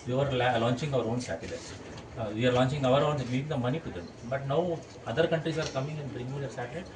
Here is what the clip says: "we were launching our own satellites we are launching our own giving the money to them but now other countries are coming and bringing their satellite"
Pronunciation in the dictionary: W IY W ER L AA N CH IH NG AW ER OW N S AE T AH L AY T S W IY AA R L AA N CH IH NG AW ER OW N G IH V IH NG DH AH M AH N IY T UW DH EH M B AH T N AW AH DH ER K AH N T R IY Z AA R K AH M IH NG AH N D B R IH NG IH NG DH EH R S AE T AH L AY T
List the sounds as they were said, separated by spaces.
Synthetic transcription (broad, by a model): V IY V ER L AA N CH IH NG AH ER OW N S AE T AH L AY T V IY AA R L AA N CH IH NG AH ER OW N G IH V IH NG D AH M AH N IY T UW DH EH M B AH T N AW AH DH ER K AH N T R IY S AA R K AH M IH NG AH N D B R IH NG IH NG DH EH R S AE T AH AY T